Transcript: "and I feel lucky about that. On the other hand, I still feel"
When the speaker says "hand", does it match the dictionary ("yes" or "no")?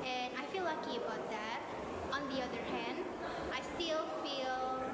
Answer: yes